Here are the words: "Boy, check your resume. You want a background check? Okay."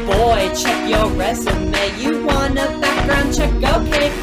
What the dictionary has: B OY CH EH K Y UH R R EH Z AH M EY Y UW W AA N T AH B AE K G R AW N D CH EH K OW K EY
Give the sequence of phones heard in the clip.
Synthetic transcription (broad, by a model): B OY CH EH K Y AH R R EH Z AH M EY Y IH W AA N AH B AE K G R AW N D CH EH K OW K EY